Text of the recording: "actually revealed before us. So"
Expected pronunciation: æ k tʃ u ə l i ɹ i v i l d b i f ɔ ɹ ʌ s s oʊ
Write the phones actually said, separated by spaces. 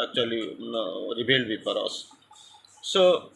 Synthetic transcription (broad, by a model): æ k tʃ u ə l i ɹ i b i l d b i p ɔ ɹ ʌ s s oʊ